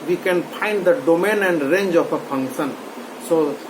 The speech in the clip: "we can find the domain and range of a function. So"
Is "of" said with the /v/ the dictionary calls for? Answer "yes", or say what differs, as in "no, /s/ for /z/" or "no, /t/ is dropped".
no, /p/ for /v/